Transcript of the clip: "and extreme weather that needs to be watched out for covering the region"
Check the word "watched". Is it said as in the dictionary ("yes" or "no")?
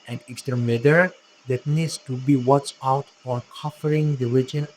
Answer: no